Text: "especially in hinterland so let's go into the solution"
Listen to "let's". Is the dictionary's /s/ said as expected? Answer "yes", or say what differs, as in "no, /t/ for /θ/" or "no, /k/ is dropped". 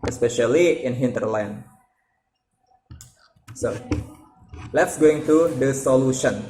yes